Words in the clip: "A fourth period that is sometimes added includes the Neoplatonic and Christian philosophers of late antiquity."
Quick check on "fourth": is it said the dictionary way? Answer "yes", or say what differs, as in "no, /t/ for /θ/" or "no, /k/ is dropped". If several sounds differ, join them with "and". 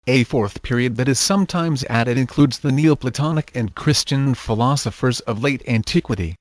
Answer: yes